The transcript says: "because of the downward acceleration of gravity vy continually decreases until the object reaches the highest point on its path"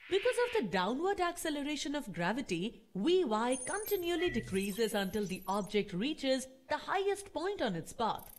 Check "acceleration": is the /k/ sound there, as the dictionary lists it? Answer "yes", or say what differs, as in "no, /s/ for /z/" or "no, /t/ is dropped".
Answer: yes